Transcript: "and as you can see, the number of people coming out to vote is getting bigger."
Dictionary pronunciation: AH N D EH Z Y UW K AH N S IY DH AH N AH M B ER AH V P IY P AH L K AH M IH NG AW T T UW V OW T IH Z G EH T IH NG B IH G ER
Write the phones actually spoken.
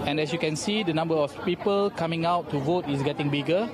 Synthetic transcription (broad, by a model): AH N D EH S Y UW K AH N S IY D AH N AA M B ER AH F P IY P AH L K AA M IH NG AW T T UW V OW T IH S G EH T IH NG B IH G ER